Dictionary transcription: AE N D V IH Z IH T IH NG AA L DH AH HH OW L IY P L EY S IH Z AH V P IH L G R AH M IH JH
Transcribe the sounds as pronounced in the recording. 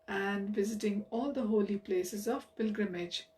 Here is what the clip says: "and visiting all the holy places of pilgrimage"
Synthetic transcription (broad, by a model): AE N D V IH Z IH T IH NG AA L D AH HH OW L IY P L EY S IH Z AH V P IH L G R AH M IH JH